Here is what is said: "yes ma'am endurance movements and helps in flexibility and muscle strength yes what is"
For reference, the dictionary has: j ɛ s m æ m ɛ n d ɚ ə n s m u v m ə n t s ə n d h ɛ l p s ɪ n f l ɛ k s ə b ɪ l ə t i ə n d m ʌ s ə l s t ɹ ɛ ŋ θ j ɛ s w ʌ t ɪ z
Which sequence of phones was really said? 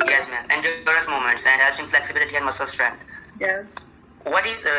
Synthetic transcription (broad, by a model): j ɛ s m æ m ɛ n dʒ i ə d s m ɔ m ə n t s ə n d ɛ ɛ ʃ ɪ n f l ɛ k s ə b ɪ l ə t i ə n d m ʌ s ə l s t ɹ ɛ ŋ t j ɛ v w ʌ t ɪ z